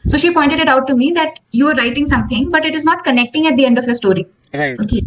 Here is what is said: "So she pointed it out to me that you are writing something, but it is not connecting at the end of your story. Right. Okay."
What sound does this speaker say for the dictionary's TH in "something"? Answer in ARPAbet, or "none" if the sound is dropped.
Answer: T